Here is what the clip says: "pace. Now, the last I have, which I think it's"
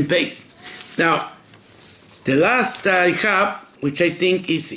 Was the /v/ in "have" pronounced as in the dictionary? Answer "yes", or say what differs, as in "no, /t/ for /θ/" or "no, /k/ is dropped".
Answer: no, /p/ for /v/